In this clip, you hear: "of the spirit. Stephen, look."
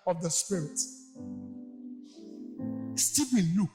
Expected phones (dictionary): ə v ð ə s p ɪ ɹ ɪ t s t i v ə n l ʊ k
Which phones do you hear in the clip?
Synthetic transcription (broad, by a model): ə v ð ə s p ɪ ɹ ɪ t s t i b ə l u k